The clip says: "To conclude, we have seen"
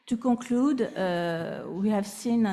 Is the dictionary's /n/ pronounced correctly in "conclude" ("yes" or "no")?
no